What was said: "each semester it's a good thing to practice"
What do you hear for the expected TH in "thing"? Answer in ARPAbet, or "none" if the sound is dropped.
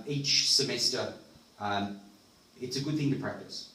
TH